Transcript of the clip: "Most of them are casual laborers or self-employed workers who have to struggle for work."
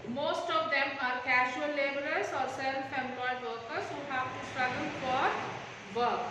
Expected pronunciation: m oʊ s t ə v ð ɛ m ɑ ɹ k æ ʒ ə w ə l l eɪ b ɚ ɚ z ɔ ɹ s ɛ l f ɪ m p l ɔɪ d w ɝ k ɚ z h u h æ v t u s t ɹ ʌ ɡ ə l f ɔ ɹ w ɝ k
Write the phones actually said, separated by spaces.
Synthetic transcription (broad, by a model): m oʊ s t ə v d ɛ m ɑ ɹ k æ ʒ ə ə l l eɪ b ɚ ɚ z ɔ ɹ s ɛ n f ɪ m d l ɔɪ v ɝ k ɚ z h u h æ v t u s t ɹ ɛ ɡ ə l f ɔ ɹ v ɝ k